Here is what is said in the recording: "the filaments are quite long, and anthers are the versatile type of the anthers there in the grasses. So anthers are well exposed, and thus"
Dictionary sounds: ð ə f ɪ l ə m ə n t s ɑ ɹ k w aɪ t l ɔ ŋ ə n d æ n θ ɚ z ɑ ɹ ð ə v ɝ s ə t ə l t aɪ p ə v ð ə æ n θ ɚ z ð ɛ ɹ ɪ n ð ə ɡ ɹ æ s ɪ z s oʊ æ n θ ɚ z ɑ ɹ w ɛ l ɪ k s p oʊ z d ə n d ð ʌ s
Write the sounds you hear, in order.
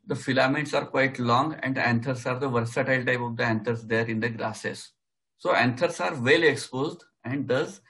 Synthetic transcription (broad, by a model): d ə f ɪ l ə m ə t s ɑ ɹ k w aɪ t l ɔ ŋ ə n d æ n t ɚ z ɑ ɹ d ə v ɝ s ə t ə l t aɪ p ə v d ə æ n t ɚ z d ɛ ɹ ɪ n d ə ɡ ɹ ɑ s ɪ s oʊ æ n t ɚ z ɑ ɹ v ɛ l ɪ k s p oʊ z d ə n d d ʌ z